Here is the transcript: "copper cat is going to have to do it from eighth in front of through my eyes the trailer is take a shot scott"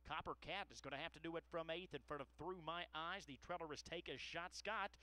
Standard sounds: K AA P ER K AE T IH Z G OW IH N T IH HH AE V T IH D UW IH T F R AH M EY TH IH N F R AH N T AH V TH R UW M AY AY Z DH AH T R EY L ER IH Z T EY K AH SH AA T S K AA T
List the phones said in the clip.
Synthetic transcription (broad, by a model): K AA P ER K AE T IH Z G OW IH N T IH HH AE F T IH D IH IH T F R AH M EY TH IH N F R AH T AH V TH R UW M AY AY Z DH AH T R EY L ER IH Z T EY K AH SH AA T S K AA T